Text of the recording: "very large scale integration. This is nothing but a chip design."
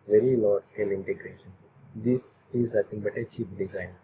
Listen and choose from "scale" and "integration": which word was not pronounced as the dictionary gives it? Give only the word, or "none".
none